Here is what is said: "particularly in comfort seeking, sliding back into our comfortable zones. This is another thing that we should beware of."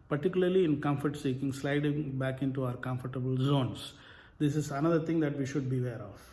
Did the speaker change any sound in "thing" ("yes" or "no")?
yes